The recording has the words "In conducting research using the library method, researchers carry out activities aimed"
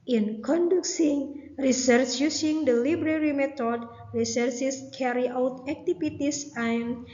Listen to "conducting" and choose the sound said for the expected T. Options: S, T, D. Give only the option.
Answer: S